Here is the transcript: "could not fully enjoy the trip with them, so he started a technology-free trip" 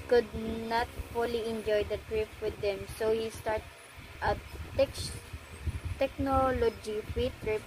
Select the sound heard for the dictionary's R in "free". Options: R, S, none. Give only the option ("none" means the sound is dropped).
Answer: none